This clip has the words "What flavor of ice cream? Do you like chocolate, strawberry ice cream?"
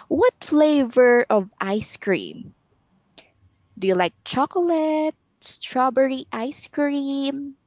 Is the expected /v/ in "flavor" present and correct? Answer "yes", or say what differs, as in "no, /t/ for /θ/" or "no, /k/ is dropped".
yes